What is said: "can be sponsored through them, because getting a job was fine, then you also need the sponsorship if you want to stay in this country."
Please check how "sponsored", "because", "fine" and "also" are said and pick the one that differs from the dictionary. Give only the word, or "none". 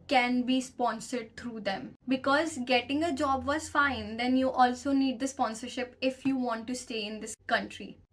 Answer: none